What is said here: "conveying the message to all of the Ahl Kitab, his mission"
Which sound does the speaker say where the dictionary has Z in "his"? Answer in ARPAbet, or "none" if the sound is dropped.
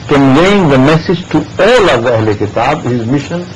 Z